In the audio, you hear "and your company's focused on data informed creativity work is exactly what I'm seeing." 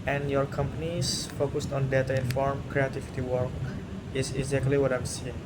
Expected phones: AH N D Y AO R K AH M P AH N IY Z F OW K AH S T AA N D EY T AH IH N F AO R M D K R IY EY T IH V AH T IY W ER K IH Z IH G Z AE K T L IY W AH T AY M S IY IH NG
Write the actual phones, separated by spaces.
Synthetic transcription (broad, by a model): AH N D Y AO R K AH M P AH N IY S F OW K AH S T AA N D EY T AH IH N F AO R M K R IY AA T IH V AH T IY W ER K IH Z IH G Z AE K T L IY W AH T AY M S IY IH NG